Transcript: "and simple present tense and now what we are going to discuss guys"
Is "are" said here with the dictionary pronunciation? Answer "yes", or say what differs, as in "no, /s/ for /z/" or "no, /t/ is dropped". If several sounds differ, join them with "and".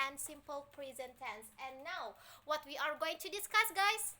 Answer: yes